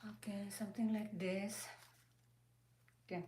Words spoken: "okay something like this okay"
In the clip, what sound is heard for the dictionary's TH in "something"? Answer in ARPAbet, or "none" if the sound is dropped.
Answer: T